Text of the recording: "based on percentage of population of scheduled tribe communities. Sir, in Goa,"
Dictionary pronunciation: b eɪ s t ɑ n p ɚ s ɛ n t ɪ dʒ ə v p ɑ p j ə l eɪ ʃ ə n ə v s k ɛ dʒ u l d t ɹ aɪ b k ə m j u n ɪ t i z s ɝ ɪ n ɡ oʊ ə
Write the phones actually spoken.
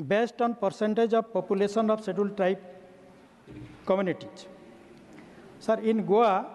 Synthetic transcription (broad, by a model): b eɪ s t ɑ n p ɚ s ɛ n t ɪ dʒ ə b p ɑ p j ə l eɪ s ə n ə b s ɛ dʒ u l t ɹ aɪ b k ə m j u n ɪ t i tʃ s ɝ ɪ n ɡ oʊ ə